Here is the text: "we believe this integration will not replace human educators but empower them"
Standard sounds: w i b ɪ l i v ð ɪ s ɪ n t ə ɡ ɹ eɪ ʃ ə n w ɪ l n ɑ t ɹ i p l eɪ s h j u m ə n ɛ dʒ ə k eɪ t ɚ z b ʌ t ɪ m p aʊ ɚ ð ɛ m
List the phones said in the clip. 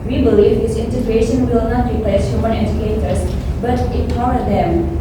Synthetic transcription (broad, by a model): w i b ɪ l i v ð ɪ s ɪ n t ə ɡ ɹ eɪ ʃ ə n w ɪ l n ɑ t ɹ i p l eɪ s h j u m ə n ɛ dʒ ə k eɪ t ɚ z b ʌ t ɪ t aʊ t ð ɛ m